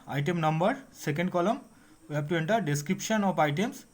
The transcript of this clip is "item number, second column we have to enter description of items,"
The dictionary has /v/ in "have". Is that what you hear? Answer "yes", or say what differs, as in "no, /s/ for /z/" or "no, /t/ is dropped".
no, /b/ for /v/